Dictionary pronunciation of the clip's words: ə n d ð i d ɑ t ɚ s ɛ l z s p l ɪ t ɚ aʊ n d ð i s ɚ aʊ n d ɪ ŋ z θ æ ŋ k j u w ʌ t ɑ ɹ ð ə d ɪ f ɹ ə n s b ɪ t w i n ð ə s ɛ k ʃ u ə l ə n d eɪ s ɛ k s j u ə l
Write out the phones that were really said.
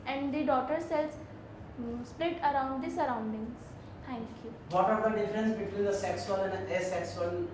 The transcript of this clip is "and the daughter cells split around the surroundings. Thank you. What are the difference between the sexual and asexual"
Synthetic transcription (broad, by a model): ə n d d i d ɑ t ɚ s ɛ l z s p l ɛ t ɚ aʊ n d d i s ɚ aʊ n d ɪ ŋ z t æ ŋ k j u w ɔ t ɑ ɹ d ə d ɪ f ɹ ə n s b ɪ t w i n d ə s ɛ k s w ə n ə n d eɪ s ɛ k s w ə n